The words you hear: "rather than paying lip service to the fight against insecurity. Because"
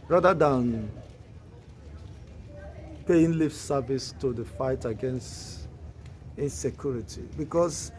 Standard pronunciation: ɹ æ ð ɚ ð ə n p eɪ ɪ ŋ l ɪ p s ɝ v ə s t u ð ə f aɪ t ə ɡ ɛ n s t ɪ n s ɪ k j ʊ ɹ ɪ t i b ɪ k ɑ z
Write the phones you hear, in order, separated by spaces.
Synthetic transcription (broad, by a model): ɹ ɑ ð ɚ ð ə n p eɪ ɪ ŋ l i f s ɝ v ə s t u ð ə f aɪ t ə ɡ ɛ n s t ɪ n s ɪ k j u ɹ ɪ t i b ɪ k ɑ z